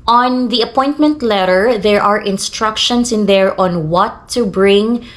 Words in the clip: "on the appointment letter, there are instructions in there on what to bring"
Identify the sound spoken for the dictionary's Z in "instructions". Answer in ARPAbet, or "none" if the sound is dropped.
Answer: S